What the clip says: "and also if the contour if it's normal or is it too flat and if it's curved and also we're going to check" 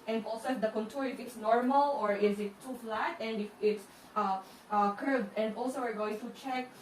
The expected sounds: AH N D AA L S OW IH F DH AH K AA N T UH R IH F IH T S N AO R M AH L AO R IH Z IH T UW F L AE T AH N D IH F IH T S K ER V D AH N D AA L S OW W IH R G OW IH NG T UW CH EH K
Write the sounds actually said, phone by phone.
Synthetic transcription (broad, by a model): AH N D AA L S OW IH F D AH K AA N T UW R IH F IH T S N AO R M AH L AO R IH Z IH T UW F L AE T AH N D IH F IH T S K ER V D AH N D AA L S OW W IH R G OW IH NG T UW CH EH K